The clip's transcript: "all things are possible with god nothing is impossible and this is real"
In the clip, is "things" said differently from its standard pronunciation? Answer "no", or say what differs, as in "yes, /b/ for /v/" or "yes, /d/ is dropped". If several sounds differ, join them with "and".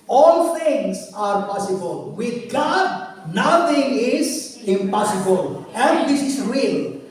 yes, /t/ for /θ/